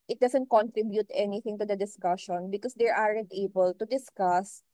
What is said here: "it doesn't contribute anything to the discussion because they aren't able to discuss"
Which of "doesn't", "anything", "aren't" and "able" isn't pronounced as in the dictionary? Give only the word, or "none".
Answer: doesn't